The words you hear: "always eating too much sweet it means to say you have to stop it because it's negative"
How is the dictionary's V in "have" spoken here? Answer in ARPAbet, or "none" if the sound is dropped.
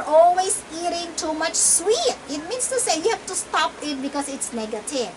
F